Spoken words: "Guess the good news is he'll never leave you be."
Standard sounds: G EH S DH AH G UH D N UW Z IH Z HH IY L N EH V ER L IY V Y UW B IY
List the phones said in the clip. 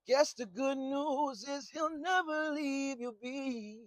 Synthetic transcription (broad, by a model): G EH S DH AH G UH D N UW Z IH Z HH IY L N EH V ER L IY V Y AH B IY